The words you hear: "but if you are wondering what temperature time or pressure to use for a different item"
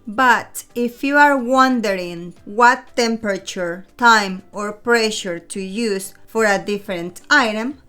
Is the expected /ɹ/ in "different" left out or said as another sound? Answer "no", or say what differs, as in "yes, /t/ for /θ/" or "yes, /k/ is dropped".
no